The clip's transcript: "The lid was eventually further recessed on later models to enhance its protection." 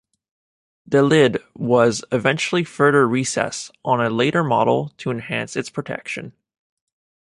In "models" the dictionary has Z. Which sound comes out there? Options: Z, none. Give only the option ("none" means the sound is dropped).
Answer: none